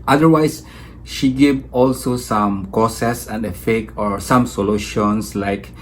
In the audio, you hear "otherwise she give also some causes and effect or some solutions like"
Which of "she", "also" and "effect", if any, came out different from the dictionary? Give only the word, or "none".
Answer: effect